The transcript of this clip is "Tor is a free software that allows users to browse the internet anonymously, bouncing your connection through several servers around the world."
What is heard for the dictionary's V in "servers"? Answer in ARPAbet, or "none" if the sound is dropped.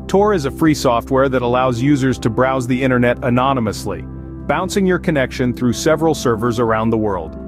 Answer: V